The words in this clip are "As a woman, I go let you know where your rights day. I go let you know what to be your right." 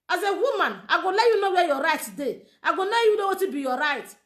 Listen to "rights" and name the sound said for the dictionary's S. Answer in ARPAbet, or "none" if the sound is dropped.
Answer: none